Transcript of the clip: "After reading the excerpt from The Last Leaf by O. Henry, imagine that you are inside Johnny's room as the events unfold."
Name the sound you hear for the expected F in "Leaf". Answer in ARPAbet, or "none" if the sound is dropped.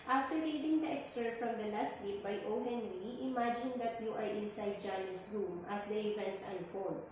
P